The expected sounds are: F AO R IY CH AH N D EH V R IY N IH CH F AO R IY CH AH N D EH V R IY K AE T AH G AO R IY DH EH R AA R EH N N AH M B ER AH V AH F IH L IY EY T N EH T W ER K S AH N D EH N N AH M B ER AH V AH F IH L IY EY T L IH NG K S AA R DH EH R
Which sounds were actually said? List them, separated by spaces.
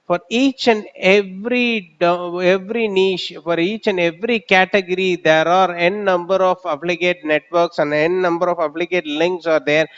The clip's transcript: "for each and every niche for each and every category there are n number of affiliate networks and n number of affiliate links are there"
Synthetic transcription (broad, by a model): F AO R IY CH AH N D EH V R IY N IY SH F AO R IY CH AH N D EH V R IY K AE T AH G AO R IY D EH R AA R EH N N AH M B ER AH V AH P L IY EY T N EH T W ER K S AH N D EH N N AH M B ER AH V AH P L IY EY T L IH NG K S AA R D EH R